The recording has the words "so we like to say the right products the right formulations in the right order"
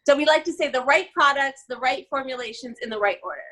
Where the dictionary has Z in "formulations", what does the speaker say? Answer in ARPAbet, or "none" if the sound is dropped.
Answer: Z